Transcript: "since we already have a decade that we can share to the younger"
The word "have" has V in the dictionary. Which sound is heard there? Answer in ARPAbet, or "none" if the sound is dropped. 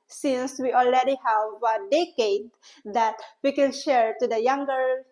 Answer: V